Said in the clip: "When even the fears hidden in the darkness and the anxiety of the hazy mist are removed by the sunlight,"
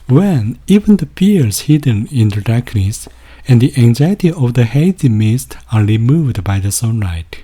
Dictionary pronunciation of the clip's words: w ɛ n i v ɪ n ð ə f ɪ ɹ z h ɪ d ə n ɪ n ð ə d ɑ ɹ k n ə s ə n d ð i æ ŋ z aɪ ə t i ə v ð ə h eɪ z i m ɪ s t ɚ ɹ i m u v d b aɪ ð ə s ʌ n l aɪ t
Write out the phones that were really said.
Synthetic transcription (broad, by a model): w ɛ n i v ɪ n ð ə p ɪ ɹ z h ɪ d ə n ɪ n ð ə d ɑ ɹ k n ə s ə n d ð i æ ŋ z aɪ ə t i ə v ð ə h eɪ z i m ɪ s t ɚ ɹ i m u v d b aɪ ð ə s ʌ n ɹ aɪ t